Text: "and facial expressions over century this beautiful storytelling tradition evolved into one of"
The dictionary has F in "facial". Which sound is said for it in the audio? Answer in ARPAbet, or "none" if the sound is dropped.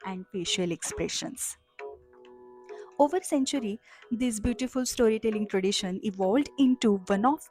P